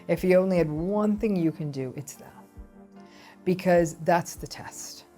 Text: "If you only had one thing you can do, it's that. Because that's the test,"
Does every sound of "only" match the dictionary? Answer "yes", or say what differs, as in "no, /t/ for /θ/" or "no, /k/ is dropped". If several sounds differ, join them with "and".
yes